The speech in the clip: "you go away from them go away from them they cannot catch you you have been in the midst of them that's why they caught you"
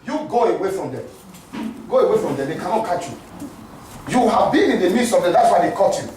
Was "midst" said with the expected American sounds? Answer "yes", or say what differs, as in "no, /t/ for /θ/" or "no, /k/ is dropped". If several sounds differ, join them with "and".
no, /t/ is dropped